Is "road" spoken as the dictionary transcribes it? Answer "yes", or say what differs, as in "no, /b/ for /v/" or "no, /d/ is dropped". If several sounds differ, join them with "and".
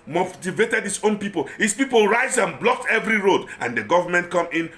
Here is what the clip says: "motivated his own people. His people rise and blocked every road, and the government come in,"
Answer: yes